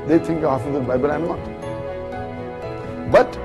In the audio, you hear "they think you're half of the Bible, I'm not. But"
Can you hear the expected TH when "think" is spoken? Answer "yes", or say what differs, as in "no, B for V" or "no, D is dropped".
no, T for TH